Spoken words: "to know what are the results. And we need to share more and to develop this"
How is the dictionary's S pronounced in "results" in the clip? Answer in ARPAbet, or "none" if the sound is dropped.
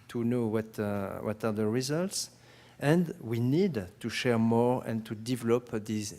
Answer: S